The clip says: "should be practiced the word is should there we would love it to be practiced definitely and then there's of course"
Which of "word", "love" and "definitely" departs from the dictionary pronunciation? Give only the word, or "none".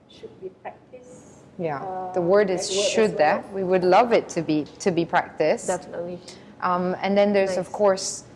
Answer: definitely